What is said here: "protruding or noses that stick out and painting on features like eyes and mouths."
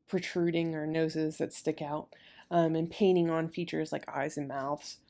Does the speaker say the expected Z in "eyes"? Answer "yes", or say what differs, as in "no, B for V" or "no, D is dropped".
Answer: yes